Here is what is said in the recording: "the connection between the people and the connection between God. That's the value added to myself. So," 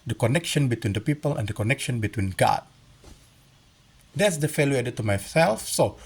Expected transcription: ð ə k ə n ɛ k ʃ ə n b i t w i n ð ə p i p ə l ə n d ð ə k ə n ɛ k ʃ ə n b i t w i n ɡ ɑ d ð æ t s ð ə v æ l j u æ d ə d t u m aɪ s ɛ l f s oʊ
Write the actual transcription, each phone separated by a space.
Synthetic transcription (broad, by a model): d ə k ə n ɛ k ʃ ə n b i t w i n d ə p i p ə l ə n d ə k ə n ɛ k ʃ ə n b i t w i n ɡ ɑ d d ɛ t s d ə f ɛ l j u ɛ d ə t u m aɪ s ɛ l f s oʊ